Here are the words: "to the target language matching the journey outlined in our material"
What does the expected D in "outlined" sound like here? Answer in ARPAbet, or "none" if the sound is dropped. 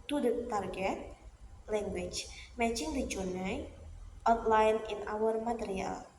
none